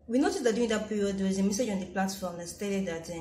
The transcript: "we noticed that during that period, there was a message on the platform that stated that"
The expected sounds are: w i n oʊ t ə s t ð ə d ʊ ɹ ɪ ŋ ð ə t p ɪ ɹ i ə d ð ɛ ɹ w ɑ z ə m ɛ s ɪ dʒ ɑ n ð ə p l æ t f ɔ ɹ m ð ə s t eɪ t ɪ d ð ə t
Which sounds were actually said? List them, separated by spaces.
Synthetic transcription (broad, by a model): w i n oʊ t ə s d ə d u ɪ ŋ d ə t p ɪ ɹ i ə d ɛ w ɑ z ə m ɛ s ɪ dʒ ɑ n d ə p l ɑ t f ɔ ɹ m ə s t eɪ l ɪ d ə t